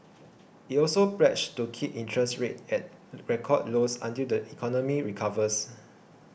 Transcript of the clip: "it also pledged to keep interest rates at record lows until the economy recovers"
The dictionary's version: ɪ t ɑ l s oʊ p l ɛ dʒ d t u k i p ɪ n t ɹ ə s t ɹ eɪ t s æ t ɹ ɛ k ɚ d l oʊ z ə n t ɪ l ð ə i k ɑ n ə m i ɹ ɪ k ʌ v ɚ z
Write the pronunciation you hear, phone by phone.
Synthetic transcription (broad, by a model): ɪ t ɑ l s oʊ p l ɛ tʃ t u k i p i n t ɹ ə s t ɹ eɪ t ɛ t ɹ ɛ k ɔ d l oʊ s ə n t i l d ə i k ɑ n ə m i ɹ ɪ k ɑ v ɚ s